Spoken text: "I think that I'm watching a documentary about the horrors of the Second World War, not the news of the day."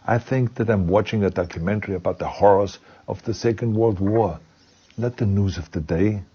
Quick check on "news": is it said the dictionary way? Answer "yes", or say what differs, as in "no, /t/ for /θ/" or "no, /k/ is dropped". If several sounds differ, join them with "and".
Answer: yes